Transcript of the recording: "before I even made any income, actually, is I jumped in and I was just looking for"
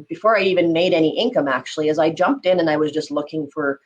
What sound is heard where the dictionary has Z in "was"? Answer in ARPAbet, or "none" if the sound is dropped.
Z